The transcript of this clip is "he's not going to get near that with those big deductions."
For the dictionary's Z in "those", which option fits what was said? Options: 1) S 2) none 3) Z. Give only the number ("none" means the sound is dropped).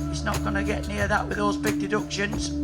3